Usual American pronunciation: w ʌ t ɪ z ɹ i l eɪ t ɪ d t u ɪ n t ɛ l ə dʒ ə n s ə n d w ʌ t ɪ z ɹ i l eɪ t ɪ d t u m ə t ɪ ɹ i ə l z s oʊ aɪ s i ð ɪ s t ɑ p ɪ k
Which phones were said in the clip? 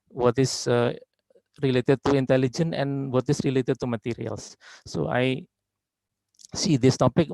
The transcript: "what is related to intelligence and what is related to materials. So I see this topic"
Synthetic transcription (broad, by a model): w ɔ t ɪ s ɹ i l eɪ t ɪ d t u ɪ n t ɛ l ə dʒ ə n ə n w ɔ t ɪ s ɹ i l eɪ t ɪ d t u m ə t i ɹ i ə l s oʊ aɪ s i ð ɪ s t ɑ p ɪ k